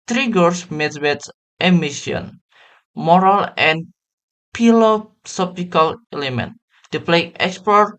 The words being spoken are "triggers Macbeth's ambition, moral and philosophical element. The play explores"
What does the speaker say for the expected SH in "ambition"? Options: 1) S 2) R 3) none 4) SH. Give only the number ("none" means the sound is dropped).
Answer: 3